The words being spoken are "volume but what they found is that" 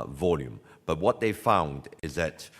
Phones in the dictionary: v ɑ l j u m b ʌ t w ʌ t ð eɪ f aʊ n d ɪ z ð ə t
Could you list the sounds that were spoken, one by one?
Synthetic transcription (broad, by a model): v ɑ l j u m b ʌ t w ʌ t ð eɪ f aʊ n d ɪ z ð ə t